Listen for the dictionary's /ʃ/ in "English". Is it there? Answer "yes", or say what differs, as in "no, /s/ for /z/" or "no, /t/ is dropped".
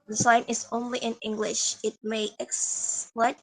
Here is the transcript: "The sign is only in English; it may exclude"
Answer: yes